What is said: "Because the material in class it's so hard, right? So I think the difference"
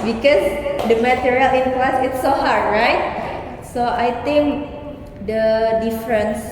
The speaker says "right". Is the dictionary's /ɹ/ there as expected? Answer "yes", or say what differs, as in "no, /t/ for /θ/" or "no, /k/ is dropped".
yes